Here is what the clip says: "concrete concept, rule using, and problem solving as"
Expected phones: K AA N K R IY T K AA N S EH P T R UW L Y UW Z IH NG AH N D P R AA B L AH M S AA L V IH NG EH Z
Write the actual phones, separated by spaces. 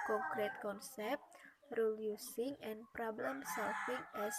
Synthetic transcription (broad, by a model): K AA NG K R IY T K AA N S EH P T R UW L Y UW S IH NG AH N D P R AA B L AH M S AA L F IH NG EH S